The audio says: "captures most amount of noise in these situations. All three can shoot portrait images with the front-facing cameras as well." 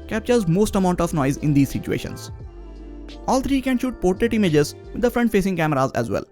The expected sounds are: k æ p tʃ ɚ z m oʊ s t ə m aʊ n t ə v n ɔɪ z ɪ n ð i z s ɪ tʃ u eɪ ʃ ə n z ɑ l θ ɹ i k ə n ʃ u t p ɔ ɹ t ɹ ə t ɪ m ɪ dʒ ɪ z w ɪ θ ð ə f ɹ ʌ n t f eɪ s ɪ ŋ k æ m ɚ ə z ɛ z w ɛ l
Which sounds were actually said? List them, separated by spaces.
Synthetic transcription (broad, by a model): k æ p tʃ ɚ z m oʊ s t ə m aʊ n t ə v n ɔɪ z ɪ n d i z s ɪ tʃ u eɪ ʃ ə n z ɑ l t ɹ i k ə n ʃ u t p ɔ ɹ t ɹ ə t ɪ m ɪ dʒ ɪ z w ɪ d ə f ɹ ʌ n t f eɪ s ɪ ŋ k æ m ɚ ə z ɛ z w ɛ l